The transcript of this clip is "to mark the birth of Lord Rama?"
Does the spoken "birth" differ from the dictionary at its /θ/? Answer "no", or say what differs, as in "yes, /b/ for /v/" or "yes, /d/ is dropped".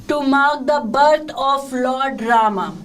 yes, /t/ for /θ/